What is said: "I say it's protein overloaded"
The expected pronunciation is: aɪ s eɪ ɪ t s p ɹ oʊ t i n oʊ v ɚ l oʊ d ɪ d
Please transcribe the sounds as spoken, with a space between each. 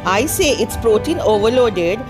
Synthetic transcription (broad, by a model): aɪ s eɪ ɪ t s p ɹ oʊ t i n oʊ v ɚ l oʊ d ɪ d